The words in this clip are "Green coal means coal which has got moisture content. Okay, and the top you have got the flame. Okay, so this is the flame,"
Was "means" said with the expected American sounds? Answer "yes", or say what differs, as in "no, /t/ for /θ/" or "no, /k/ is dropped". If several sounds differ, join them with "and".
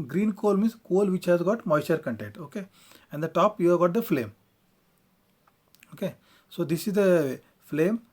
no, /n/ is dropped